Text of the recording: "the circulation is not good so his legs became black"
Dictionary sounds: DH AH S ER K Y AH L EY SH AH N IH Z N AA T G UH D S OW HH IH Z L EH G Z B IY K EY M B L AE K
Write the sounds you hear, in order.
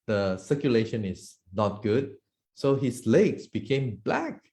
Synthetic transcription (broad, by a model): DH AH S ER K Y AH L EY SH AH N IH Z N AA T G UH D S OW HH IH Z L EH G S B IY K EY M B L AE K